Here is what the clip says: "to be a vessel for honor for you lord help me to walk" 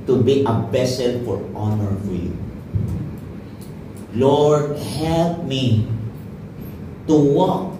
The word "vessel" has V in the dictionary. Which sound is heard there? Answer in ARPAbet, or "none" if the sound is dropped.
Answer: B